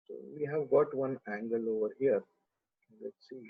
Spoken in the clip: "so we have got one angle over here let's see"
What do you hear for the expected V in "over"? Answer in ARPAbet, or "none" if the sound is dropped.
V